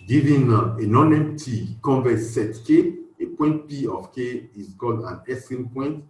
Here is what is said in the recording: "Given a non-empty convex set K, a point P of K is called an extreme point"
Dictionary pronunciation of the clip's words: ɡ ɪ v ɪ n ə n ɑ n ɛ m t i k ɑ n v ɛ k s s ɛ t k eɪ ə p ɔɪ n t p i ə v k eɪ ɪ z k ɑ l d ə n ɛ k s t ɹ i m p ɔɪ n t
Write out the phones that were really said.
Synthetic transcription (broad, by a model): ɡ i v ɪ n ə n ɑ n ɛ m t i k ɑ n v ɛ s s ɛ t k eɪ ə p ɔɪ n t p i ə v k eɪ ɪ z k ɑ l d ə n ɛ s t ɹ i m p ɔɪ n t